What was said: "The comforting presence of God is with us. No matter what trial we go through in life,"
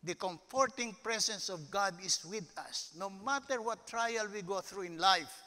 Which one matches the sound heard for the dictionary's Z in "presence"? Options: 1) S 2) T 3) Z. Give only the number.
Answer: 1